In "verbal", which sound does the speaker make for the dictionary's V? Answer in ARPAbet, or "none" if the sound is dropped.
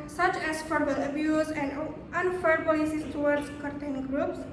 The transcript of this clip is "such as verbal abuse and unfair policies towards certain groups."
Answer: F